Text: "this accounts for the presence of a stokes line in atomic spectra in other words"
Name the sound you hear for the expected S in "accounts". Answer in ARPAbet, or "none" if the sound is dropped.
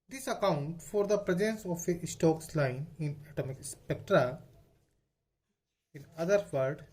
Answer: none